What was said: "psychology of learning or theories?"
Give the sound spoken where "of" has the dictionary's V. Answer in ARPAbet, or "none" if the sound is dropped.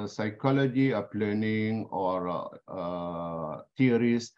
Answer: P